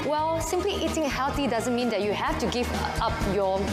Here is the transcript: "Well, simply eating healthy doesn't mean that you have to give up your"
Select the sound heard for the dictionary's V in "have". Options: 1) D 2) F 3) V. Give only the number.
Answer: 2